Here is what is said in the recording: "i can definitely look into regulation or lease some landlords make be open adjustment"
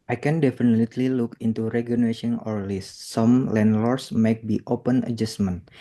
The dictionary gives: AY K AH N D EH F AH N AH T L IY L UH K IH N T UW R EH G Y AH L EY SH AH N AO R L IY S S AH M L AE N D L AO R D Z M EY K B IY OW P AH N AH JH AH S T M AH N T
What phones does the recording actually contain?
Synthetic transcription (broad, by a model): AY K AH N D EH F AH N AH T L IY L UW K IH N T UW R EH G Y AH N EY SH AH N AO R L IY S S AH M L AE N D L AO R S M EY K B IY OW P AH N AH JH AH S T M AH N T